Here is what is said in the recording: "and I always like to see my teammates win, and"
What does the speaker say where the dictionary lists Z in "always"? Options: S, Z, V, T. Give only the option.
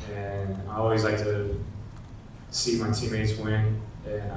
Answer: Z